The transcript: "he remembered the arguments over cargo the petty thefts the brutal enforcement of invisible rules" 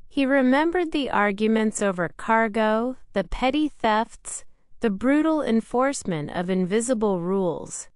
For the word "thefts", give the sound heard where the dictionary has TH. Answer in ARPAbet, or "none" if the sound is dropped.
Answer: TH